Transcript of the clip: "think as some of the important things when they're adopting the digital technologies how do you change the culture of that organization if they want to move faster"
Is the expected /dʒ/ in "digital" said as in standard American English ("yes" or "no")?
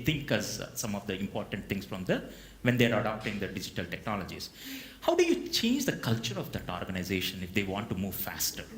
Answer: yes